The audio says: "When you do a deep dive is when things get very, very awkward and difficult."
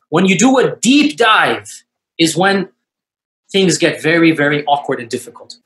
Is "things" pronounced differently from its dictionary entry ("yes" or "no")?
no